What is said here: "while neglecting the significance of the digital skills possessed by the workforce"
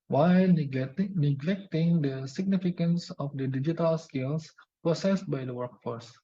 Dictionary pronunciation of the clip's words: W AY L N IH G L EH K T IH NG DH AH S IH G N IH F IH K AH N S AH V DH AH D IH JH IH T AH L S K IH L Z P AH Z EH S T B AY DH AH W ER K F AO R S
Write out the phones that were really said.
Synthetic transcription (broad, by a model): W AY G N IH G L EH K T IH NG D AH S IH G N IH F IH K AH N S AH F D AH D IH JH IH T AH L S K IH L S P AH S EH S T B AY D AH W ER K F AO R S